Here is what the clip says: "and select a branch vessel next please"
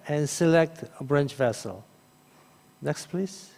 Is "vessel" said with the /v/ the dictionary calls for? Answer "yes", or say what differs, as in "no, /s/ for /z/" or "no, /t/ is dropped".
yes